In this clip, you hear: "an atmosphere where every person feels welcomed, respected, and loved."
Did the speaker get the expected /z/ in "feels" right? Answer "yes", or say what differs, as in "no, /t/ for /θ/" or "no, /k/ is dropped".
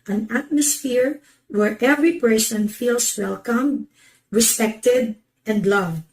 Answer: no, /s/ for /z/